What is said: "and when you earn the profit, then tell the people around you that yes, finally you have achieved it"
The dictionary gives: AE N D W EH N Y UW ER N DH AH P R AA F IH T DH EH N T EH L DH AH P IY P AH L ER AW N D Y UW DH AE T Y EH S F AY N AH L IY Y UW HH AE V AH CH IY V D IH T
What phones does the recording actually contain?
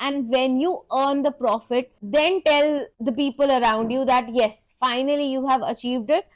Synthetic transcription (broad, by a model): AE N D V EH N Y UW ER N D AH P R AA F IH T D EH N T EH L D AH P IY P AH L ER AW N D Y UW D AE T Y EH S F AY N AH L IY Y UW HH AE V AH CH IY V D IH T